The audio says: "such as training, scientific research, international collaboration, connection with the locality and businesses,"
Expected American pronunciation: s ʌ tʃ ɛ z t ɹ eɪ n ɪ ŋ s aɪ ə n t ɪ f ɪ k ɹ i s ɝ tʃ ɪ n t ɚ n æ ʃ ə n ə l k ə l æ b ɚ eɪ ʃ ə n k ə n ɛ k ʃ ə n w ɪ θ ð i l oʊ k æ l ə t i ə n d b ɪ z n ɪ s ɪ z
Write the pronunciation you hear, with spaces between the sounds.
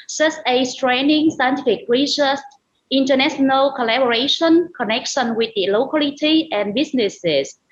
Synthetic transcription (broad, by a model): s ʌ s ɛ s t ɹ eɪ n ɪ ŋ s aɪ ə n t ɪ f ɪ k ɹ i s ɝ s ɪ n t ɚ n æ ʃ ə n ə l k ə l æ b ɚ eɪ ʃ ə n k ə n ɛ k ʃ ə n w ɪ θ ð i l oʊ k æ l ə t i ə n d b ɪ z n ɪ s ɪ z